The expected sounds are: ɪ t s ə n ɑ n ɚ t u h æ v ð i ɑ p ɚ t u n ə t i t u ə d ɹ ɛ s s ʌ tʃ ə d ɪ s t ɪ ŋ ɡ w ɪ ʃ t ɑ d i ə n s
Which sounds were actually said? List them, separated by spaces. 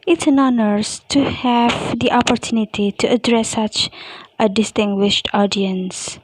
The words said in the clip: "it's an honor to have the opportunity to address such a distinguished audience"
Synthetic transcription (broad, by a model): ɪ t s ə n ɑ n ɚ t u h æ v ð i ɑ p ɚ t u n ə t i t u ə d ɹ ɛ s s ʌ tʃ ə d ɪ s t ɪ ŋ ɡ w ɪ ʃ t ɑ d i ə n s